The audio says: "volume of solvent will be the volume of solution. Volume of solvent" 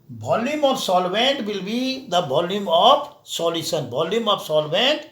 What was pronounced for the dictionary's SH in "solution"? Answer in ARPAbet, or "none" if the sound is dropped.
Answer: S